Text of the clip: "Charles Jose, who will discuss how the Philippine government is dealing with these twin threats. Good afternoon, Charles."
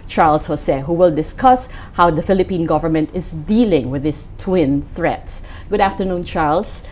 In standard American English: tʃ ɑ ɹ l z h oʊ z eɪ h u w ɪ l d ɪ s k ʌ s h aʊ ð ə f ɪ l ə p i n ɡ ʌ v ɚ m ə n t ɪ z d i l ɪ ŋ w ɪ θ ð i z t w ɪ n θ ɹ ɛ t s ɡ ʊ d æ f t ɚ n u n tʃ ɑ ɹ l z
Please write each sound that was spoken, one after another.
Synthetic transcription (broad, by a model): tʃ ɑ ɹ l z h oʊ s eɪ h u w ɪ l d ɪ s k ʌ s h aʊ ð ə f ɪ l ə p i n ɡ ʌ v ɚ m ə n t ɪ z d i l ɪ ŋ w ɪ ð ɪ s t w ɪ n θ ɹ ɛ t s ɡ ʊ d æ f t ɚ n u n tʃ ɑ ɹ l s